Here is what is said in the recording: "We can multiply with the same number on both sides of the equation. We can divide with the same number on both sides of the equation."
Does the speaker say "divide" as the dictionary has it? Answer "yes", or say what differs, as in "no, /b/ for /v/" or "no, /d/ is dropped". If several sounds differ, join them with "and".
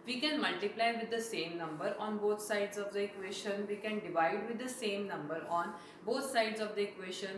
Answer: yes